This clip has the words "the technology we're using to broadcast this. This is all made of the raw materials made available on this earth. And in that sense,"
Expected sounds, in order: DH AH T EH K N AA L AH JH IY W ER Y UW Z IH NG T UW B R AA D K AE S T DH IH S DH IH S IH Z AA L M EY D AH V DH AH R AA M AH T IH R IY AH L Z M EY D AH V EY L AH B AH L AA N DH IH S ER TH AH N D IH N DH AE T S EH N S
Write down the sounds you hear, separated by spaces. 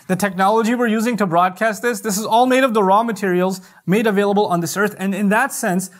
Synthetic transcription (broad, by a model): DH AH T EH K N AA L AH JH IY W ER Y UW Z IH NG T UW B R AA D K AE S T DH IH S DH IH S IH Z AA L M EY D AH V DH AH R AA M AH T IH R IY AH L Z M EY D AH V EY L AH B AH L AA N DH IH S ER TH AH N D IH N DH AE T S EH N S